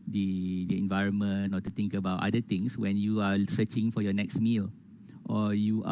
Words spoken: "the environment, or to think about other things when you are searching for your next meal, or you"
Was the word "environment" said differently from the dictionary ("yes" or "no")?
yes